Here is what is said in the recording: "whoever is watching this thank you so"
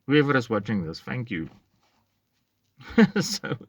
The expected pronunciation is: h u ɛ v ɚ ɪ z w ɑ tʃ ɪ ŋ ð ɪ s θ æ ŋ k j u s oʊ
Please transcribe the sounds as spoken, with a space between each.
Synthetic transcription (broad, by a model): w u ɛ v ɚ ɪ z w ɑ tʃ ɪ ŋ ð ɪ s f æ ŋ k j u s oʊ